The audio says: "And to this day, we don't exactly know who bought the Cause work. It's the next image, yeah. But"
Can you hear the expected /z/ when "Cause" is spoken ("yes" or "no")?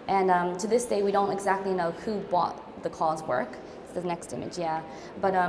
yes